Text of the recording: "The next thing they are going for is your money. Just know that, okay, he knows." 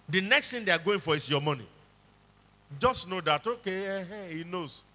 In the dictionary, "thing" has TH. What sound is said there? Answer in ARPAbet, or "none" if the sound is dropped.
T